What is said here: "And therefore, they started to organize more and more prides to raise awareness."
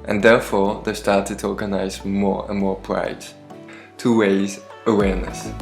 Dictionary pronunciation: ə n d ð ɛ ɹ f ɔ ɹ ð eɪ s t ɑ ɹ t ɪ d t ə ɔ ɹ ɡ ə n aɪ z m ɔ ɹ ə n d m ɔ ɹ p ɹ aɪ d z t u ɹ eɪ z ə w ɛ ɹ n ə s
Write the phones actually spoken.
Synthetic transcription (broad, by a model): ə n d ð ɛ ɹ f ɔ ɹ ð eɪ s t ɑ ɹ t ɪ d t ə ɔ ɹ ɡ ə n aɪ z m ɔ ɹ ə n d m ɔ ɹ p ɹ aɪ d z t u w eɪ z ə w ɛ ɹ n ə s